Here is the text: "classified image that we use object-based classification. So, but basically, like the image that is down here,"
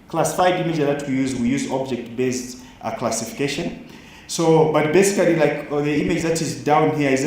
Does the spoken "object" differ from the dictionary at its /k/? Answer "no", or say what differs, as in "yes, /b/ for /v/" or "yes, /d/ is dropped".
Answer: no